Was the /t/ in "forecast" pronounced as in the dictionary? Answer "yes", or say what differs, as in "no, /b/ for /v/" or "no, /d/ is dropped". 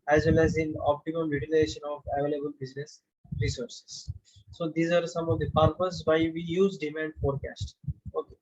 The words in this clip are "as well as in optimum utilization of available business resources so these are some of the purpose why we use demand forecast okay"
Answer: yes